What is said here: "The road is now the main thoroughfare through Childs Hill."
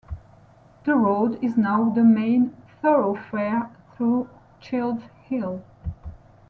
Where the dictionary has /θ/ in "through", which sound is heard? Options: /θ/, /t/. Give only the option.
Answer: /θ/